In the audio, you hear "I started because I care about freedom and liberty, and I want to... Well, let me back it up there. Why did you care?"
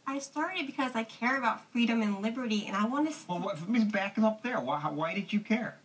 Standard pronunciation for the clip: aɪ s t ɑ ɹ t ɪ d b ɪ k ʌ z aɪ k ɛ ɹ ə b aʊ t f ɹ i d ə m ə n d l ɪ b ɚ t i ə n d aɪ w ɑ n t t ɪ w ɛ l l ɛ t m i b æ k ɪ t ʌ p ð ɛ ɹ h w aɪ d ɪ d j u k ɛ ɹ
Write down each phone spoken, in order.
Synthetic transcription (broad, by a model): aɪ s t ɑ ɹ t ɪ d b ɪ k ʌ z aɪ k ɛ ɹ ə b aʊ t f ɹ i d ə m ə n l ɪ b ɚ t i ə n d aɪ w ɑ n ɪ w ɛ l w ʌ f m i b æ k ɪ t ʌ p ð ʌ ɹ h w aɪ d ɪ d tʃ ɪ k ɛ ɹ